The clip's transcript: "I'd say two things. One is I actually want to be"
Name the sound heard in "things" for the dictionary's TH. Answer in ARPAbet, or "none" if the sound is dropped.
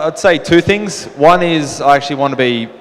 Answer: TH